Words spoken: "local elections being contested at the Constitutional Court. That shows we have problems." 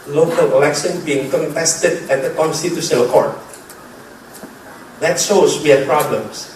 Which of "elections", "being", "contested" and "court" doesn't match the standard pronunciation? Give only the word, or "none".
elections